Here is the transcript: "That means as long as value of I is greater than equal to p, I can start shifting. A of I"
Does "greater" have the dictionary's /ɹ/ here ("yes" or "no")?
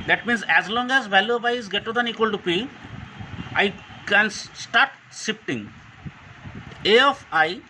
no